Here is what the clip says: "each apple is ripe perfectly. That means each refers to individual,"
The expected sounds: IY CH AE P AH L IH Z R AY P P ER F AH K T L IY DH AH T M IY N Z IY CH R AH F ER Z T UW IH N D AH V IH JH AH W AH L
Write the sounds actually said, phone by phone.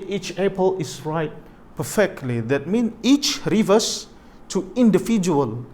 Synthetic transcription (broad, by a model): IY CH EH P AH L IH S R AY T P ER F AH K T L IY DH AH T M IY N IY CH R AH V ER S T UW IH N D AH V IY JH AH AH L